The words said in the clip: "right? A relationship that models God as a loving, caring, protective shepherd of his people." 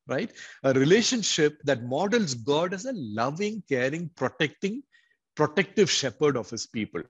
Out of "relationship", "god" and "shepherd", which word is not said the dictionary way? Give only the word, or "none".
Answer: none